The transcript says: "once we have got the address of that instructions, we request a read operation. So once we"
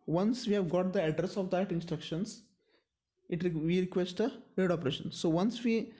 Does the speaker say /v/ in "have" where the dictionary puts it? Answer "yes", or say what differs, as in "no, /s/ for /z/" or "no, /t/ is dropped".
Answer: yes